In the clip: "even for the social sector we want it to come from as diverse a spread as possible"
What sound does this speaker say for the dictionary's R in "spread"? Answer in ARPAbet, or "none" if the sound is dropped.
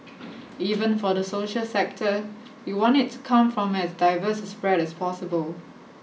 R